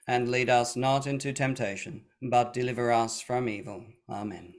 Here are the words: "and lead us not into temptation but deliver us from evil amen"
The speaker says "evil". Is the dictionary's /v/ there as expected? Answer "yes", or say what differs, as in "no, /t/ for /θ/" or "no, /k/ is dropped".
yes